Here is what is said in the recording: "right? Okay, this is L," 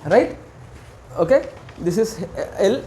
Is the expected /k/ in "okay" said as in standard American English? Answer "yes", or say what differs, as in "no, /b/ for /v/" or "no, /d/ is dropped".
yes